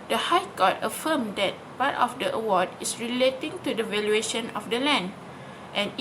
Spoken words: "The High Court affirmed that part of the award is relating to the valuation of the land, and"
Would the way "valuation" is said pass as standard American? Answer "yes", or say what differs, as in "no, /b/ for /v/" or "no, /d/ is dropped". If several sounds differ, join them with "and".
yes